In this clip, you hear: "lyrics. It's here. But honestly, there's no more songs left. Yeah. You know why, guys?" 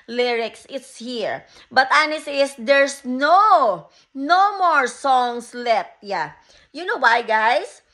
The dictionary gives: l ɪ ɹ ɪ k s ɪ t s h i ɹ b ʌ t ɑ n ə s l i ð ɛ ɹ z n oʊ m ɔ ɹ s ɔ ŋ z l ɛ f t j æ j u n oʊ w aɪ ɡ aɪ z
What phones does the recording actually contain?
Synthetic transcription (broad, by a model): l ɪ ɹ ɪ k s ɪ t s h i ɹ b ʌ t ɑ n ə s i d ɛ ɹ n n oʊ m ɔ ɹ s ɔ ŋ s l ɛ f t j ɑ j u n oʊ w aɪ ɡ aɪ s